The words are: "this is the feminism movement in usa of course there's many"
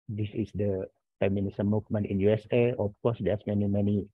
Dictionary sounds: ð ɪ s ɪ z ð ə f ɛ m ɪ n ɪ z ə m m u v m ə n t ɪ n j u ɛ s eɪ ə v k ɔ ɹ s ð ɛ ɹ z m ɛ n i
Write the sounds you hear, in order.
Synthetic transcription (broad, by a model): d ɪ s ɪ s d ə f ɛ m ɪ n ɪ s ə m m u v m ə n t ɪ n j u ɛ s eɪ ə f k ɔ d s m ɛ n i m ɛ n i